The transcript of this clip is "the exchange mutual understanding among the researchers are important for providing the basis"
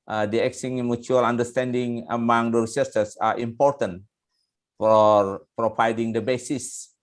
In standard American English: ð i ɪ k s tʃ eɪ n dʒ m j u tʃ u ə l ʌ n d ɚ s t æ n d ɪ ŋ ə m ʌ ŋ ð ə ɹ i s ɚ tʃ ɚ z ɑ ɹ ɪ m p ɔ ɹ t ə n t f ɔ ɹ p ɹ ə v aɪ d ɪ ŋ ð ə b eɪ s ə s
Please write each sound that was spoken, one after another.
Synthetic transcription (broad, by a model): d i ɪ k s i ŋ m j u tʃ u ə l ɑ n d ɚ s t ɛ n d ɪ ŋ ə m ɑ ŋ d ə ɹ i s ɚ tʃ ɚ s ɑ ɹ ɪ m p ɔ ɹ t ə n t f ɔ ɹ p ɹ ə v aɪ d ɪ ŋ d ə b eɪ s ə s